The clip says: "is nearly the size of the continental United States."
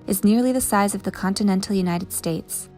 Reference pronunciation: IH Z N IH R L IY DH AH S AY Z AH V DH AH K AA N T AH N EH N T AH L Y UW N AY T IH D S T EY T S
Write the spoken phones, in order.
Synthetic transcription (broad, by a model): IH Z N IH R L IY DH AH S AY Z AH V DH AH K AA N T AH N EH N T L Y UW N AY T IH D S T EY T S